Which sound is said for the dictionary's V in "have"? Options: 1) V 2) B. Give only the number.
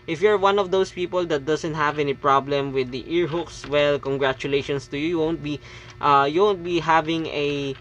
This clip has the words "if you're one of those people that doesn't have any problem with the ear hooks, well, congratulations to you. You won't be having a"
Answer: 1